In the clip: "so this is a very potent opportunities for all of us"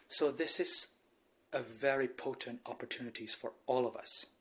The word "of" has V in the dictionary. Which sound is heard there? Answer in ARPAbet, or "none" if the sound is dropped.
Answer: V